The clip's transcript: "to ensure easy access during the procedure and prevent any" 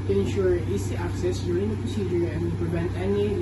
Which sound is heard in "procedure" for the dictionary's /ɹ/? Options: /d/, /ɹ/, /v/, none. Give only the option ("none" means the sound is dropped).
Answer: /ɹ/